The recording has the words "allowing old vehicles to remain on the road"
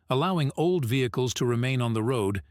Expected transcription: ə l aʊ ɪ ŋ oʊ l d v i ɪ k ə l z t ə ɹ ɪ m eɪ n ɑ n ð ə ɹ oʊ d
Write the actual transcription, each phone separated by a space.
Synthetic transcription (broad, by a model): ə l aʊ ɪ ŋ oʊ l d v i ɪ k ə l z t ə ɹ ɪ m eɪ n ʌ n ð ə ɹ oʊ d